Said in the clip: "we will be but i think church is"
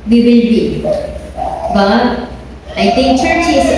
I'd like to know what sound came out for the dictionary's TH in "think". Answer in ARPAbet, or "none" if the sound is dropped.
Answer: T